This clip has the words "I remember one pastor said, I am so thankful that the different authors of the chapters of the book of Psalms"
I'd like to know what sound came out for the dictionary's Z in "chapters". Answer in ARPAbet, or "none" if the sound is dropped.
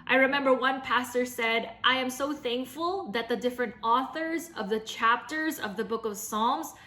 Z